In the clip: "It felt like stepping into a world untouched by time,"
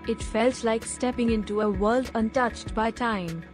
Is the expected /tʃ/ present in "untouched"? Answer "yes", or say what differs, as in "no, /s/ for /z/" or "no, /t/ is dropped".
yes